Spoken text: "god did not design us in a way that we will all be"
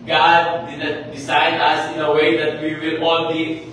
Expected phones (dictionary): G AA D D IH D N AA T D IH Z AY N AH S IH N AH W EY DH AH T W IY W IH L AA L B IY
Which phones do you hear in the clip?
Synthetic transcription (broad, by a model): G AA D D IH D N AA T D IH S AY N AH S IH N AH W EY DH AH T W IY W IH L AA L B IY